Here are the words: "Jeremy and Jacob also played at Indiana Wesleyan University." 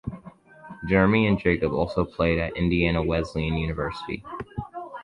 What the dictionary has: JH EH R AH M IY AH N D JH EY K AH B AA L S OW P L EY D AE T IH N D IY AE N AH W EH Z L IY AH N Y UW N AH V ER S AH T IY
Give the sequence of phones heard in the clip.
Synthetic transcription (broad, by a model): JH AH R M IY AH N JH EY K AH B AA L S OW P L EY D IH T IH N D IY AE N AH W EH Z L IY AH N Y UW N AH V ER S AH T IY